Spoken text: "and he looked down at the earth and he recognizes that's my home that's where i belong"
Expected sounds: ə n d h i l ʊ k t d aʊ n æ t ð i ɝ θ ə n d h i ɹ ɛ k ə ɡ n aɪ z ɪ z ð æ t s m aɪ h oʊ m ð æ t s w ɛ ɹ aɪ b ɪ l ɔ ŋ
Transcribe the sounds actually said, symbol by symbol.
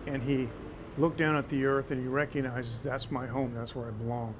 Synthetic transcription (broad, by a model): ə n i l ʊ k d aʊ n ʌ t ð i ɝ θ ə n i ɹ ɛ k ə ɡ n aɪ z ɪ z ð æ t s m aɪ h oʊ m ð æ t s w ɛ ɹ aɪ b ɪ l ɔ ŋ